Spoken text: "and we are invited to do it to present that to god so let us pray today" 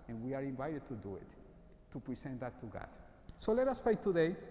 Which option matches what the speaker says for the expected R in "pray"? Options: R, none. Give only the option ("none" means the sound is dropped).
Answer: none